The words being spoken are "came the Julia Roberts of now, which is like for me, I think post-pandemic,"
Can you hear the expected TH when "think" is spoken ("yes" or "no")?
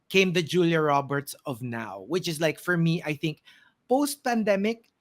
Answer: yes